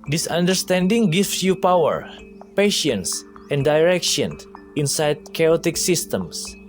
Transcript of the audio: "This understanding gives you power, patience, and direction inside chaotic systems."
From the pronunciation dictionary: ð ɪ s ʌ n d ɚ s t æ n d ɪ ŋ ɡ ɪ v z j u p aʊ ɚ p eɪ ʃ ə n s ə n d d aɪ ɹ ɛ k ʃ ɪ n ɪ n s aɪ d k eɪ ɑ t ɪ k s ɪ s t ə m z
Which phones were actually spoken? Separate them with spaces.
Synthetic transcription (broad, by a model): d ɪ s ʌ n d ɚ s t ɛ n d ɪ ŋ ɡ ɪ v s j u p aʊ ɚ p eɪ ʃ ə n s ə n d d aɪ ɹ ɛ k ʃ ɪ n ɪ n s aɪ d k eɪ ɑ t ɪ k s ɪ s t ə m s